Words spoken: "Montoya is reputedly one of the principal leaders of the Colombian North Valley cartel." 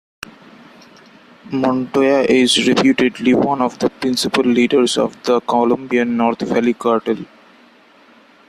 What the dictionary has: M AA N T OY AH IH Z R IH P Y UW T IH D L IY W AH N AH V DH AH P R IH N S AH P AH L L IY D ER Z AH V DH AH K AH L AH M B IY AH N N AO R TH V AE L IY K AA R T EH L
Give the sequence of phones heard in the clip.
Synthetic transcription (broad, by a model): M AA N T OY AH IH Z R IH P Y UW T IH D L IY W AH N AH V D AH P R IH N S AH P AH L L IY D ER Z AH V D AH K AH L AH M B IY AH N N AO R T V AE L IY K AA R T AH L